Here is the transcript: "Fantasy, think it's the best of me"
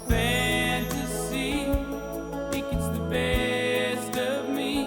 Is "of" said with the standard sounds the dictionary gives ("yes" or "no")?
yes